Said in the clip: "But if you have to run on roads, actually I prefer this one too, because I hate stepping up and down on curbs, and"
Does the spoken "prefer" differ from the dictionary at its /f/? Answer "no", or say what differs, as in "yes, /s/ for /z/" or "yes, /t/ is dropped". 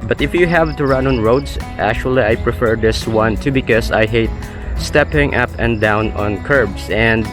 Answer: no